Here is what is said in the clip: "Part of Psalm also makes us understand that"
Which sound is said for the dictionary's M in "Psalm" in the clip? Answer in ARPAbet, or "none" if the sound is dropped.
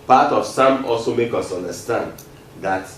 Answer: M